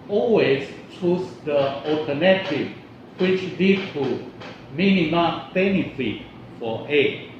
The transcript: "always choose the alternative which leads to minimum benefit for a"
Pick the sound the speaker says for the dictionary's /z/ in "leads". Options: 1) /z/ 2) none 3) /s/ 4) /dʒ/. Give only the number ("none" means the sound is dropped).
2